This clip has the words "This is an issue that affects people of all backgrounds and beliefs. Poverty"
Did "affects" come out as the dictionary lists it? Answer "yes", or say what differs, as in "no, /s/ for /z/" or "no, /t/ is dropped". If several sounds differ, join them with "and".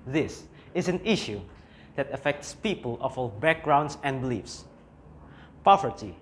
yes